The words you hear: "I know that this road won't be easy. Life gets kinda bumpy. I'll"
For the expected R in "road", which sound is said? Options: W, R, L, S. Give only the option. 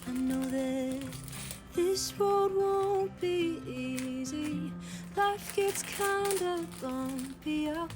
W